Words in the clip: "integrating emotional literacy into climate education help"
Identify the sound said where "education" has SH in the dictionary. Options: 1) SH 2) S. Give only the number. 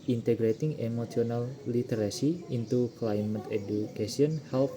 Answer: 2